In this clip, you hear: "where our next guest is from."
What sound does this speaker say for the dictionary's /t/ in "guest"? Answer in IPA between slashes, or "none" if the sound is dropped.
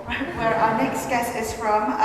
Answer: none